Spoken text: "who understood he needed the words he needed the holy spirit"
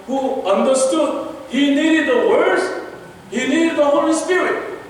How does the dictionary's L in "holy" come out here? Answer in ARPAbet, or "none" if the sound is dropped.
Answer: none